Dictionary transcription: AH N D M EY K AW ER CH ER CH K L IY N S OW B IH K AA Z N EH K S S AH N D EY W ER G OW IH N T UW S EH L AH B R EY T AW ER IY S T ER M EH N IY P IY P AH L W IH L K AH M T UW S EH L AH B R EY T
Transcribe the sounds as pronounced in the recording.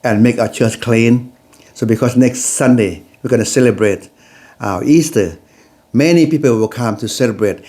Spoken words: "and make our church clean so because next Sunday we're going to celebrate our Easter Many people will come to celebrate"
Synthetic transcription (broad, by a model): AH N M EY K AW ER CH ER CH K L IY N S OW B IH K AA S N EH K S S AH N D EY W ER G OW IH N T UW S EH L AH B R EY T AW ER IY S T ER M EH N IY P IY P AH L W IH L K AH M T UW S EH L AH B R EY T